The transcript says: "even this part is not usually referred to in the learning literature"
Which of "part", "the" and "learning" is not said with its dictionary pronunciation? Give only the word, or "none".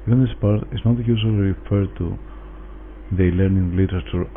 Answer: none